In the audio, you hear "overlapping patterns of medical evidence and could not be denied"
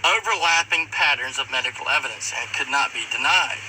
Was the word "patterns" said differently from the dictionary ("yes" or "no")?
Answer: no